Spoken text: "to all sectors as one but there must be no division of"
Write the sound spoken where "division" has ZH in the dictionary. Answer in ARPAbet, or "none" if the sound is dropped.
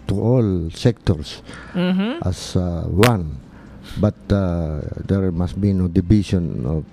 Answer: S